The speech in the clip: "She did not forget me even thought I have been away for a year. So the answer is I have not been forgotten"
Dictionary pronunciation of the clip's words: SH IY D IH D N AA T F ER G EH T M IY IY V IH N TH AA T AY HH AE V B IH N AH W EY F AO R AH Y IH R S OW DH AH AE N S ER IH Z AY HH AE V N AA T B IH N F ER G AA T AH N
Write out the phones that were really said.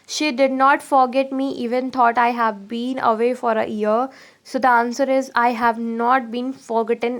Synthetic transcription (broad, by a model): SH IY D IH D N AA T F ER G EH T M IY IY V IH N T AA T AY HH AE V B IH N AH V EY F AO R AH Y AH R S OW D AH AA N S ER IH Z AY HH AE V N AA T B IH N F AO G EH T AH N